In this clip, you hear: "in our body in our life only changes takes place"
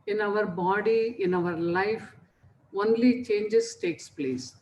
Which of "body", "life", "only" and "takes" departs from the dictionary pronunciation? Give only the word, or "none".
none